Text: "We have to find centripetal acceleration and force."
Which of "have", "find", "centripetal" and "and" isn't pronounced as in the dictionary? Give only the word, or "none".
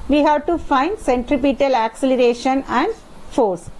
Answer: none